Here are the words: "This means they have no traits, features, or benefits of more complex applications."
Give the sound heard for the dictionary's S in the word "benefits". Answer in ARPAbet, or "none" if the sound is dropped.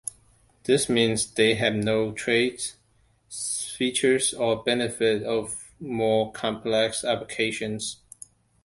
none